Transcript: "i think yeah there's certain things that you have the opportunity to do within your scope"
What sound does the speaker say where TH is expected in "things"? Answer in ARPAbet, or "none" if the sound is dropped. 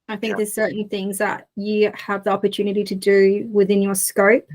TH